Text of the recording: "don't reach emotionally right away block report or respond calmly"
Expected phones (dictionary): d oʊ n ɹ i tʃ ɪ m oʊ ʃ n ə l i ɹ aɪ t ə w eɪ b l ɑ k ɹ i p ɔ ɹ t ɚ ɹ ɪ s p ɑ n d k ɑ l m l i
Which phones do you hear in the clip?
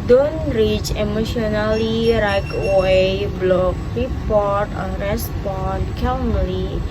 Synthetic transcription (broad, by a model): d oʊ n ɹ i tʃ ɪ m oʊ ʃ n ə l i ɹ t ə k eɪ b l ɑ k ɹ i p ɔ ɹ t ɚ ɹ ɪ s p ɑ n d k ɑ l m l i